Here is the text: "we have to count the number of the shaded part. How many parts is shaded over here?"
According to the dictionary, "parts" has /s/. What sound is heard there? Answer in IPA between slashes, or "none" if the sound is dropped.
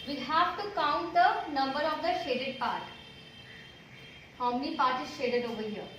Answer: none